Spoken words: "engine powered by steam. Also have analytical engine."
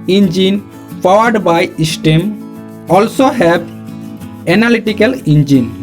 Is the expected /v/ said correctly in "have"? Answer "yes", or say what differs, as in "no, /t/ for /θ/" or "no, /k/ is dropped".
no, /b/ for /v/